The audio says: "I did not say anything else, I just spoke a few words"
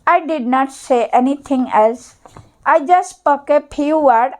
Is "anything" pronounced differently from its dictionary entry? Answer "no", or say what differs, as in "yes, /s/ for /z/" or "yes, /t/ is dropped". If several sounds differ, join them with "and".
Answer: yes, /t/ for /θ/